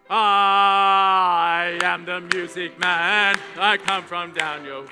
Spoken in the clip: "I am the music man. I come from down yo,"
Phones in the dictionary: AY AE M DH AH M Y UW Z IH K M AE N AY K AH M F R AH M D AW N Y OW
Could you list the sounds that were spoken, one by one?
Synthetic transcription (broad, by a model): AY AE M DH AH M Y UW Z IH K M AE N AY K AH M F R AH M D AW N Y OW